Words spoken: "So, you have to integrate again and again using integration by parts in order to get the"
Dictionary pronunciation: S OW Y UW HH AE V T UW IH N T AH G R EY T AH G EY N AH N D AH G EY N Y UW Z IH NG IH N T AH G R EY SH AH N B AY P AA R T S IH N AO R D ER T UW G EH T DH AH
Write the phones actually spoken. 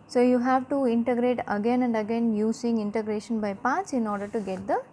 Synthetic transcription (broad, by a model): S OW Y UW HH AE V T UW IH N T AH G R EY T AH G EY N AH N D AH G EY N Y UW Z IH NG IH N T AH G R EY SH AH N B AY P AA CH IH N AO R D ER T UW G EH T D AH